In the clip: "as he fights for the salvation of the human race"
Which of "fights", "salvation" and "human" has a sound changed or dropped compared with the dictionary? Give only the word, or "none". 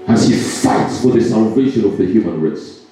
none